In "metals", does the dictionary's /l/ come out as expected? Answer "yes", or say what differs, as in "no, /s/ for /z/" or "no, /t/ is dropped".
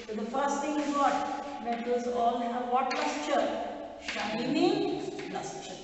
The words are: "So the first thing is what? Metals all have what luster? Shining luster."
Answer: no, /l/ is dropped